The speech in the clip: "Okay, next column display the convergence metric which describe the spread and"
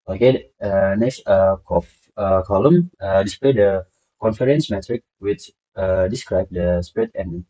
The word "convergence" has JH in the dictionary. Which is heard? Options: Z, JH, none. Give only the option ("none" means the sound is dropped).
none